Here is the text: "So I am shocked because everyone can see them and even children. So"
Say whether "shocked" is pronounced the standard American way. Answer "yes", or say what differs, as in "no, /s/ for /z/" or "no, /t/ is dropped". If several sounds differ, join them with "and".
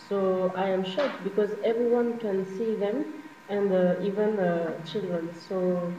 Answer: no, /k/ is dropped